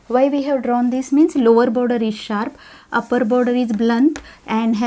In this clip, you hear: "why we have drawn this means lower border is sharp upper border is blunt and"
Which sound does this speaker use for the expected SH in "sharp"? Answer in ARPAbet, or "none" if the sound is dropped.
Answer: SH